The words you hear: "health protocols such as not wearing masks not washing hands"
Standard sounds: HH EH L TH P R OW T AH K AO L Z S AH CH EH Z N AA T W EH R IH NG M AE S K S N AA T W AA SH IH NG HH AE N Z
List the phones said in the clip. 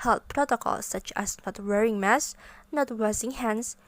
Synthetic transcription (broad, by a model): HH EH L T P R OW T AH K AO L S AH CH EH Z N AA T W EH R IH NG M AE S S N AA T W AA S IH NG HH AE N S